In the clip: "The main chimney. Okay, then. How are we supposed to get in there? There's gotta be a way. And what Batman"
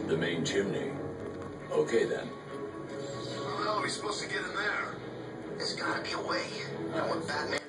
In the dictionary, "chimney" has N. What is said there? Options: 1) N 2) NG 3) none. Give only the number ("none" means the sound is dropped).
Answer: 1